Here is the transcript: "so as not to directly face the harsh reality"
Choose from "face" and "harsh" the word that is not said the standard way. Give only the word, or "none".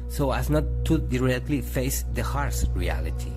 harsh